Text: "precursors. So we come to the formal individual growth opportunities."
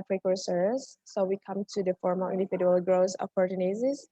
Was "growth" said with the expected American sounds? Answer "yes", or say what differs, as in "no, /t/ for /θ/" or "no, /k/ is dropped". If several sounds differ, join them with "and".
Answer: no, /s/ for /θ/